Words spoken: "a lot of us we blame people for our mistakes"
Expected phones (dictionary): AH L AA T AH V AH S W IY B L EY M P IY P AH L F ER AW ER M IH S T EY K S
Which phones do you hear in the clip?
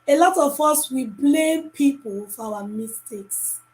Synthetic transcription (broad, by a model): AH L AA T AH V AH S W IY B L EY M P IY P AH L F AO AW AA M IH S T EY K S